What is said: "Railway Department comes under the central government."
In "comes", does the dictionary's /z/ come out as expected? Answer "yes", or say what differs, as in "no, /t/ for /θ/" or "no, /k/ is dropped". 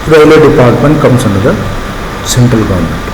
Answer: no, /s/ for /z/